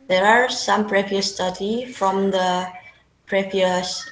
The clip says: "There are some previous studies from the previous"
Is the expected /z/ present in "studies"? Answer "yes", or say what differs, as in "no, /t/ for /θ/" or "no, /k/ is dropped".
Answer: no, /z/ is dropped